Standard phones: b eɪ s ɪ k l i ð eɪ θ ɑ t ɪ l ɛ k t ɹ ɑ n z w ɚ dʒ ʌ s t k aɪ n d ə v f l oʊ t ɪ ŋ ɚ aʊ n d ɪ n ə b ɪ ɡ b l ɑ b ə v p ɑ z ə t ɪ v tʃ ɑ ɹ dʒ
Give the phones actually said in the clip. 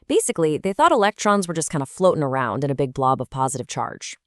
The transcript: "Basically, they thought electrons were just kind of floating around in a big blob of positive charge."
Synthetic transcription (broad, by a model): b eɪ s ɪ k l i ð eɪ θ ɑ t ɪ l ɛ k t ɹ ɑ n z w ɚ dʒ ʌ s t k aɪ n d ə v f l oʊ t ɪ ŋ ɚ aʊ n d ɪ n ə b ɪ ɡ b l ɑ b ə v p ɑ z ə t ɪ v tʃ ɑ ɹ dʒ